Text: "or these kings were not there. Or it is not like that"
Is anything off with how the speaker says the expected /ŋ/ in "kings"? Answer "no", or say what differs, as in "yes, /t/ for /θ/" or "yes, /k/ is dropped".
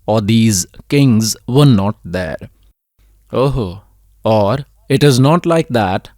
no